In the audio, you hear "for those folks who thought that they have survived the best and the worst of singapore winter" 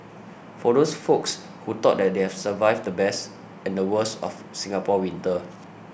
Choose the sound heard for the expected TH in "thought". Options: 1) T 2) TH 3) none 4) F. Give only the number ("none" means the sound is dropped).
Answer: 1